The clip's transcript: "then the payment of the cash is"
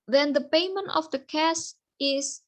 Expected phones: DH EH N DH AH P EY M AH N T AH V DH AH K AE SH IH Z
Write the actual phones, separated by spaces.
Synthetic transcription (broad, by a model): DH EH N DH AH P EY M AH N T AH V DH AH K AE S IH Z